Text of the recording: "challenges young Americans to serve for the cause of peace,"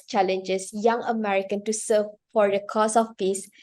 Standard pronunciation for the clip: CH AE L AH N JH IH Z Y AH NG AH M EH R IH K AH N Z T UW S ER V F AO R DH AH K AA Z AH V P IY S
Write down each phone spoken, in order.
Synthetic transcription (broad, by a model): CH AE L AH N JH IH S Y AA NG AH M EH R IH K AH N T UW S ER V F AO R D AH K AA S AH F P IY S